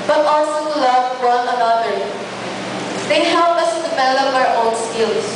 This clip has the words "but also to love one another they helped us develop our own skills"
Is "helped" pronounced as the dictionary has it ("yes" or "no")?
no